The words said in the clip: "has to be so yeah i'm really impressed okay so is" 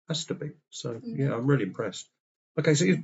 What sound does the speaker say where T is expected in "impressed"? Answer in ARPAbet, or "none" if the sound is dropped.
T